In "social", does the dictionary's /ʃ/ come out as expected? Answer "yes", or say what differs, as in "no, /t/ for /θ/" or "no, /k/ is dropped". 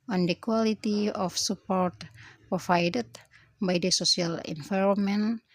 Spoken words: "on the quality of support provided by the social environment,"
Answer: no, /s/ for /ʃ/